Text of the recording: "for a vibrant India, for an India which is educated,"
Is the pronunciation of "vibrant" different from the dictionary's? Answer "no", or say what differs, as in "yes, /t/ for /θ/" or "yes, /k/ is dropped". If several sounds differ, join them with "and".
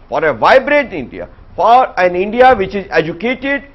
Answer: yes, /n/ is dropped